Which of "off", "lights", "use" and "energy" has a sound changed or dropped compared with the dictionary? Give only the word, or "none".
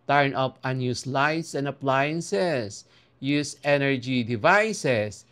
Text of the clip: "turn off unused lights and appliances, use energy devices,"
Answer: off